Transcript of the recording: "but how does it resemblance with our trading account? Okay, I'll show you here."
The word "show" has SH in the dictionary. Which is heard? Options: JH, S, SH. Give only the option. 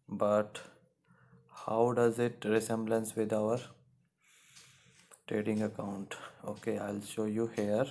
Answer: SH